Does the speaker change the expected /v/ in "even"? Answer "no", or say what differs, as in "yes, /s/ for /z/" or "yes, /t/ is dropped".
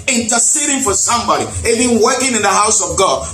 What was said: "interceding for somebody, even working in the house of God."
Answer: yes, /b/ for /v/